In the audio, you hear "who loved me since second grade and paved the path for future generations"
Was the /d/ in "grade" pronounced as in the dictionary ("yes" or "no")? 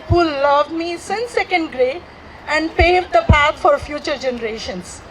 no